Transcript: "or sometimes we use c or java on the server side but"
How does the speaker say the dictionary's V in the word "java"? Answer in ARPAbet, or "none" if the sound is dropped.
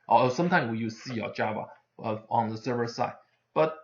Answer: B